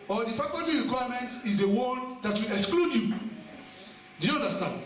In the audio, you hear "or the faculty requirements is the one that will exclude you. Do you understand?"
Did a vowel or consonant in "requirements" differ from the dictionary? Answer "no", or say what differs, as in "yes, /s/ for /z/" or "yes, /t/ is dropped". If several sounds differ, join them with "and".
yes, /s/ is dropped